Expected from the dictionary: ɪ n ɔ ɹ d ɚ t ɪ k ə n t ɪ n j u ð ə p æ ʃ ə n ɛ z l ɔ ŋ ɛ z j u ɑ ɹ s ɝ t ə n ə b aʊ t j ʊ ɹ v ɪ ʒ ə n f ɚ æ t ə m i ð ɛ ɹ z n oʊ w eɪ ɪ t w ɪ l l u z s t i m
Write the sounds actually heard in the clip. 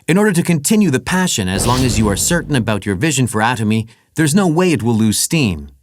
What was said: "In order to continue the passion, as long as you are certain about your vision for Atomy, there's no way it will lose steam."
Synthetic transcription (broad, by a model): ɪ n ɔ ɹ d ɚ t ɪ k ə n t ɪ n j u ð ə p æ ʃ ə n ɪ z l ɔ ŋ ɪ z j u ɑ ɹ s ɝ t n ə b aʊ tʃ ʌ ɹ v ɪ ʒ ə n f ɚ æ t ə m i ð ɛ ɹ z n oʊ w eɪ ɪ t w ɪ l l u z s t i m